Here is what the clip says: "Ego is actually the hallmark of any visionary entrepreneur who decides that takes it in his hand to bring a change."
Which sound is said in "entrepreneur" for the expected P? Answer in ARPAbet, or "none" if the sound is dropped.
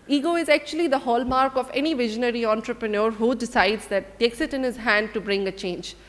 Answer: P